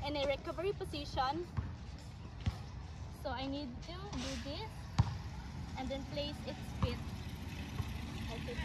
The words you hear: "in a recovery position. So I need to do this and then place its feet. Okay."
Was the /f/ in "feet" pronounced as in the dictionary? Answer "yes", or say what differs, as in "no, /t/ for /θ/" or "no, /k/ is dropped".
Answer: no, /p/ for /f/